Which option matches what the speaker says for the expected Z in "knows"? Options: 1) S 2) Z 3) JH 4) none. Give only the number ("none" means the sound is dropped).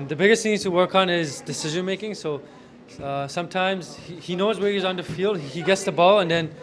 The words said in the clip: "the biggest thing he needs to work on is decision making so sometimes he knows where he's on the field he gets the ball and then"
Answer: 2